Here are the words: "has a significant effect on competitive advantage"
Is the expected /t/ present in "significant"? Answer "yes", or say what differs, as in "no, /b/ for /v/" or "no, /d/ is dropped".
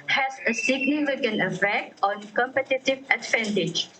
no, /t/ is dropped